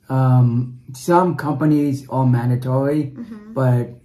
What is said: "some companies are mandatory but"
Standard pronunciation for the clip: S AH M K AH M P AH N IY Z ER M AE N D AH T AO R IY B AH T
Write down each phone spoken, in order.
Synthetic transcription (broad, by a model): S AH M K AH M P AH N IY Z ER M AE N D AH T AO R IY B AH T